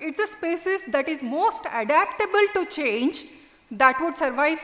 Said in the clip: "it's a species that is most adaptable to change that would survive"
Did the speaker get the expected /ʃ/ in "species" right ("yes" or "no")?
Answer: no